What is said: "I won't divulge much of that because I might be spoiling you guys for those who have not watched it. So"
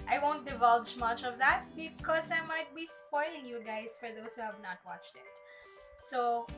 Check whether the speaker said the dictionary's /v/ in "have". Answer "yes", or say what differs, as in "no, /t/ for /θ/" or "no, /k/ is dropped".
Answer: yes